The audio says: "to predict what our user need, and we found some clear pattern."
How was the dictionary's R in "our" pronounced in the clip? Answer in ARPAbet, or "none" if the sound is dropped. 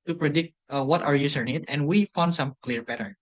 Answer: R